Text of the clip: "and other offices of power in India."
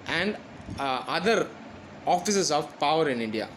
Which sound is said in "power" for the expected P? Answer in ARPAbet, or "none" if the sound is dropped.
P